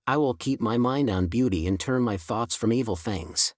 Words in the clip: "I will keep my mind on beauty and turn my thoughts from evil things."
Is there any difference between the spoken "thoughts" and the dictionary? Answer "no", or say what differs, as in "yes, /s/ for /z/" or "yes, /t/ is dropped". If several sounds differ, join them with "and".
no